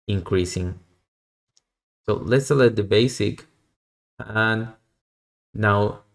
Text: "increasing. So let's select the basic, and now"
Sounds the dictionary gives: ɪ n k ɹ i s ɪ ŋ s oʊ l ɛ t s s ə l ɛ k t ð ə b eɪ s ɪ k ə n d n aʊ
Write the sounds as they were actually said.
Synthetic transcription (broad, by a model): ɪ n k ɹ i s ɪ ŋ s oʊ l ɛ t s s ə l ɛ t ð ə b eɪ s ɪ k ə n n aʊ